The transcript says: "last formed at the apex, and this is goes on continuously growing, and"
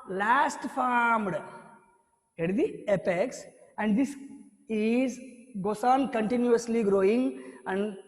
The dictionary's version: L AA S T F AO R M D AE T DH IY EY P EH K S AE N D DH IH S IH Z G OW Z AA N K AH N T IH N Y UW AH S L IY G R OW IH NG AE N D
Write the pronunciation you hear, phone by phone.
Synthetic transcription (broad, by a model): L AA S T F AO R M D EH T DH IY EY P EH K S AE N D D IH S IH Z G OW S AA N K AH N T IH N Y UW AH S L IY G R OW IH NG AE N D